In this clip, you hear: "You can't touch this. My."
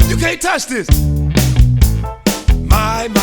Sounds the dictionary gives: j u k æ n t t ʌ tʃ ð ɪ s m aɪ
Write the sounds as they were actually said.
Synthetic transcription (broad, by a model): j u k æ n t t ʌ tʃ ð ɪ s m aɪ